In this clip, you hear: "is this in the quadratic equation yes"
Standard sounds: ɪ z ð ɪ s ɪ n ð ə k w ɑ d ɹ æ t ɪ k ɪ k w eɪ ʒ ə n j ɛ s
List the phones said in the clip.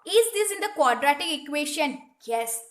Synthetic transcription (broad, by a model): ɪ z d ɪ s ɪ n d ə k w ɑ d ɹ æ t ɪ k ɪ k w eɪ ʃ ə n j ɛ s